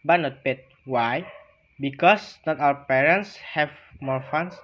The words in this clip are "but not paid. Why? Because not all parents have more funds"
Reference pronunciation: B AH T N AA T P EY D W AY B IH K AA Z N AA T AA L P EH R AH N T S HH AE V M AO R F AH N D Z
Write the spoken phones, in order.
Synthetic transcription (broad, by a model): B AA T N AA T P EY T W AY B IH K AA S N AA T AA W P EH R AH N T S HH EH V M AO R F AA N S